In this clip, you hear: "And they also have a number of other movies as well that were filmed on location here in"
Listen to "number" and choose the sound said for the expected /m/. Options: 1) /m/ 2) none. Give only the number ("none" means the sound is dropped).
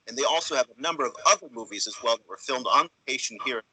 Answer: 1